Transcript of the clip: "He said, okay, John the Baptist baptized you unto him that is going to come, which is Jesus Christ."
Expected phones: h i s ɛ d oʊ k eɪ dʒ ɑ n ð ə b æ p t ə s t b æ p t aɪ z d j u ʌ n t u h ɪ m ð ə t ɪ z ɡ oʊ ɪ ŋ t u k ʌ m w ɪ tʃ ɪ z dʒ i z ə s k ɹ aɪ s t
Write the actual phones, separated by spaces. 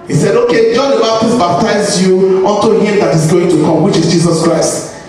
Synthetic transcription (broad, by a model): h i s ɛ d oʊ k eɪ dʒ ɑ n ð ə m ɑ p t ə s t b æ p t aɪ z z j u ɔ n t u h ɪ m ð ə t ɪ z ɡ oʊ ɪ ŋ t u k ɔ m w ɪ tʃ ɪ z dʒ i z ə s k ɹ aɪ s t